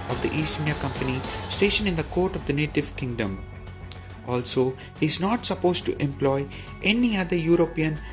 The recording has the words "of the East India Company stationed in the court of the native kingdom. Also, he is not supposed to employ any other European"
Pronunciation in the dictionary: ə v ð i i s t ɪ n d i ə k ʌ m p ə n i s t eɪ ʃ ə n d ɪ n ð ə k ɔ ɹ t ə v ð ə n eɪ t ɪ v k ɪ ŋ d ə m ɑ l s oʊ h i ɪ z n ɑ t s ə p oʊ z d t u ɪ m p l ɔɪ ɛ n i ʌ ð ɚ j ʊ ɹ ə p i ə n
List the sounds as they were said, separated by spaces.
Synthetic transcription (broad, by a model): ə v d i i s t ɪ n d i ə k ʌ m p ə n i s t eɪ ʃ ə n ɪ n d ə k ɔ ɹ t ə v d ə n eɪ t ɪ v k ɪ ŋ d ə m ɑ l s oʊ h i ɪ z n ɑ t s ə p oʊ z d t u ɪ m p l ɔɪ ɛ n i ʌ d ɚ j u ɹ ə p i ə n